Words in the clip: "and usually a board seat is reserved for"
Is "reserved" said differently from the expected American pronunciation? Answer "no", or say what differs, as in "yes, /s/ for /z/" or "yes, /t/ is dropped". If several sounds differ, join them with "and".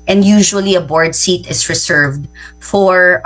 yes, /s/ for /z/